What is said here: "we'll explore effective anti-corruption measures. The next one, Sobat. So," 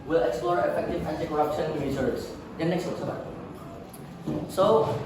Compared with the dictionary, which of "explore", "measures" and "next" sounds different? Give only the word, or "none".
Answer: measures